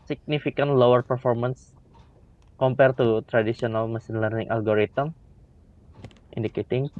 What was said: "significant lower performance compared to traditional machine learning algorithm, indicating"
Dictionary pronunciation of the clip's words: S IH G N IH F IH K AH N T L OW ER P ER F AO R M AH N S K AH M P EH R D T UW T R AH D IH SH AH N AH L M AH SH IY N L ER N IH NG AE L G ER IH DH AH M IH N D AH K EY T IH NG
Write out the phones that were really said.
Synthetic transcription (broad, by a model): S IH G N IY F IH K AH N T L OW ER P ER F AO R M AH N S K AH M P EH R T UW T R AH D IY S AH N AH L M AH S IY N L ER N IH NG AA L G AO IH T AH M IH N D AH K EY T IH NG